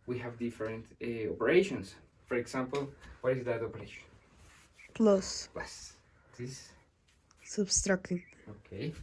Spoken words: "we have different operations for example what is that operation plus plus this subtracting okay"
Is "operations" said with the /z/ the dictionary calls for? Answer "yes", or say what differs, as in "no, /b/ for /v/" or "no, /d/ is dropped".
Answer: no, /s/ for /z/